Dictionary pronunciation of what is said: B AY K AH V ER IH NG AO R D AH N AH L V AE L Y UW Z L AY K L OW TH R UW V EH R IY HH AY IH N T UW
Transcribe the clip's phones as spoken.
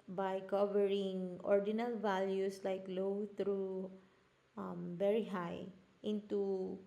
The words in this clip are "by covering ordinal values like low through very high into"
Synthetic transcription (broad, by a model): B AY K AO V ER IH NG AO R D AH N AH L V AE L Y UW S L AY K L OW T R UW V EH R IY HH AY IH N T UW